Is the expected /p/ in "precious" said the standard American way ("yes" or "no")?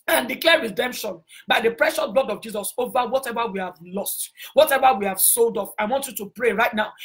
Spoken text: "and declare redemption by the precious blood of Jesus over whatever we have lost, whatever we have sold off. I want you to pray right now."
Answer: yes